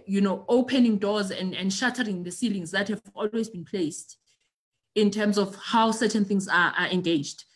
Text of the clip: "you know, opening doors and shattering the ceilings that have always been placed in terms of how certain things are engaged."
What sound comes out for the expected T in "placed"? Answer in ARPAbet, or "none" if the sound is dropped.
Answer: T